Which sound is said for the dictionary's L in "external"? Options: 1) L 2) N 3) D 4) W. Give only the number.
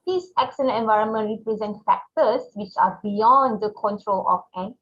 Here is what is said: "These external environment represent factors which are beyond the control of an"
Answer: 2